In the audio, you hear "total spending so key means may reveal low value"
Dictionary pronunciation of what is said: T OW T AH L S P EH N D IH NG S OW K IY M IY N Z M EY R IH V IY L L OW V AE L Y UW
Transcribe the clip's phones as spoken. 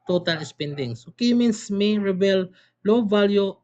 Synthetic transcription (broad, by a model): T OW T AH L S P EH N D IH NG S OW K IY M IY N S M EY R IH B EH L L OW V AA L Y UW